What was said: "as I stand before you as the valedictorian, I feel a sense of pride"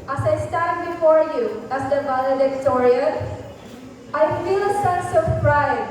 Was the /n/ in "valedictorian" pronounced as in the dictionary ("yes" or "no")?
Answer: no